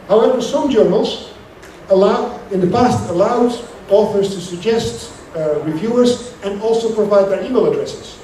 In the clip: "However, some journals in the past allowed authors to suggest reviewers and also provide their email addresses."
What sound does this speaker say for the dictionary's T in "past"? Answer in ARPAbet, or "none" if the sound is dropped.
T